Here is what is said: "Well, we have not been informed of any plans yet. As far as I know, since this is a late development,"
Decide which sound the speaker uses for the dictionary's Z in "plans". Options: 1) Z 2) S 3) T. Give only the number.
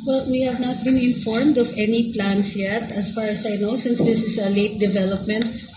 2